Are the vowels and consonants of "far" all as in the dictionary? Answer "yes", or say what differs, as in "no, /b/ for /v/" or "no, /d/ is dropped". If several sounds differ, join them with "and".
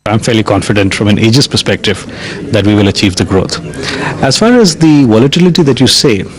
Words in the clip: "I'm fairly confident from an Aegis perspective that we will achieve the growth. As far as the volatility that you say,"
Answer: yes